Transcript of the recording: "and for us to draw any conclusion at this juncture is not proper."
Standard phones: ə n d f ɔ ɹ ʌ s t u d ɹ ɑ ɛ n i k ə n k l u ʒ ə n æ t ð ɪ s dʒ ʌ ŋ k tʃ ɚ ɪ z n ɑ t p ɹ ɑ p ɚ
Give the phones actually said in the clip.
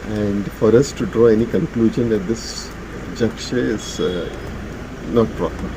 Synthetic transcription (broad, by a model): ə n d f ɔ ɹ ʌ s t u d ɹ ɑ ɛ n i k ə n k l u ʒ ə n æ t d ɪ s dʒ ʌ k ʃ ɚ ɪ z n ɑ t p ɹ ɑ p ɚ